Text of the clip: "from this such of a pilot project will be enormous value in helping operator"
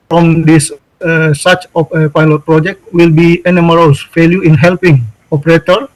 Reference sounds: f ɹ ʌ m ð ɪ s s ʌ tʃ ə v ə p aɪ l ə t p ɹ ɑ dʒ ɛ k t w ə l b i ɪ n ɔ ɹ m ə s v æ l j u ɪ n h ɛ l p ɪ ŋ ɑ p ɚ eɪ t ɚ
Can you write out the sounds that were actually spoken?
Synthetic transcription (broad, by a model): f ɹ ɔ m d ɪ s s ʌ s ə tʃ ə p aɪ l ə t p ɹ ɑ dʒ ɛ k t w ə l b i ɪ n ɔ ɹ ə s f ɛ l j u ɪ n h ɛ l p ɪ ŋ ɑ p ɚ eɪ t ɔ